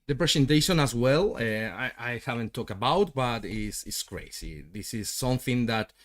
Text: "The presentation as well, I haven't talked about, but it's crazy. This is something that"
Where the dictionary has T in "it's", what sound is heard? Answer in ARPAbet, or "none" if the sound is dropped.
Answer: T